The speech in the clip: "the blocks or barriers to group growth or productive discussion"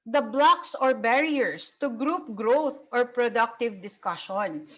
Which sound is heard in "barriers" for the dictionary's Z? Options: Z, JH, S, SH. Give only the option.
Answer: S